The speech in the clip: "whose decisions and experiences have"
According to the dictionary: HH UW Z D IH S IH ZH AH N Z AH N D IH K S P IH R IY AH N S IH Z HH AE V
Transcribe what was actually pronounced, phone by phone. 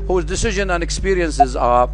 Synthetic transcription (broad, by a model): HH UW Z D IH S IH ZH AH N AH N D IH K S P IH R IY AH N S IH Z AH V